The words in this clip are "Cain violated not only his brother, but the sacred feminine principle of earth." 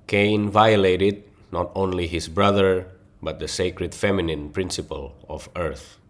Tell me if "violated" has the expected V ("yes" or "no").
yes